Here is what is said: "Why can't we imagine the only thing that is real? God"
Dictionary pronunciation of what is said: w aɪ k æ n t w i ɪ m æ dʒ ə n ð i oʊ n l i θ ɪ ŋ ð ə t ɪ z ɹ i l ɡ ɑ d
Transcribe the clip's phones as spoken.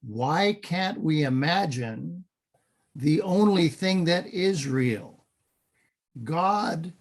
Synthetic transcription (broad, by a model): w aɪ k æ n t w i ɪ m æ dʒ ə n ð i oʊ n l i θ ɪ ŋ ð ə t ɪ z ɹ i l ɡ ɑ d